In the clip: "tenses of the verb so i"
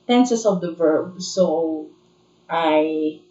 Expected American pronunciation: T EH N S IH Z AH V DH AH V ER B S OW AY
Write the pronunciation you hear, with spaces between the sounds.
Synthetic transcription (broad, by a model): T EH N S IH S AH V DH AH V ER B S OW AY